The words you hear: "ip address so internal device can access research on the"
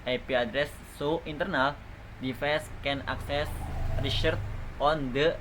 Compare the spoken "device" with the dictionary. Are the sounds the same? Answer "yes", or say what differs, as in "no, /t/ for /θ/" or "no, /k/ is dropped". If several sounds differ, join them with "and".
no, /f/ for /v/